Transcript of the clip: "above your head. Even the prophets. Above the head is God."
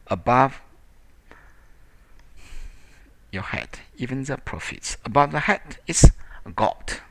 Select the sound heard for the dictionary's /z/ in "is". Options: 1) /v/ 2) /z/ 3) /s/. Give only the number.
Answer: 3